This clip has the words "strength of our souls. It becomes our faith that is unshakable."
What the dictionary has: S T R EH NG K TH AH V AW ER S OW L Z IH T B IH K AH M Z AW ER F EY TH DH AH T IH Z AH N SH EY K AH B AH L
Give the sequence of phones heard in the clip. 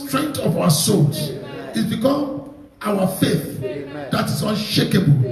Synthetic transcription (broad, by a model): S T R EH NG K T AH V AW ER S OW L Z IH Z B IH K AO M AW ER F EY TH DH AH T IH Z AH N SH EY K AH B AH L